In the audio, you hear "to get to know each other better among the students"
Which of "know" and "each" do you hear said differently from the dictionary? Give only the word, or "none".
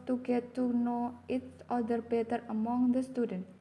each